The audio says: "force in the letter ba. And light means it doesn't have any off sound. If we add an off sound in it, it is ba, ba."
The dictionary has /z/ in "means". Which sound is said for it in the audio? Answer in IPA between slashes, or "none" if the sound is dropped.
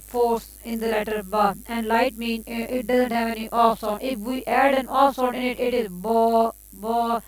none